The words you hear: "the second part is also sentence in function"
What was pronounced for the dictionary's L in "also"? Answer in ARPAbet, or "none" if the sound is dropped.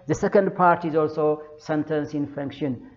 L